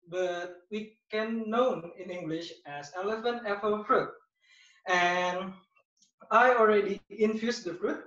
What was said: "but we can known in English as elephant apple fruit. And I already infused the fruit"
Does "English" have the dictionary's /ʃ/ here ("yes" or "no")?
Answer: yes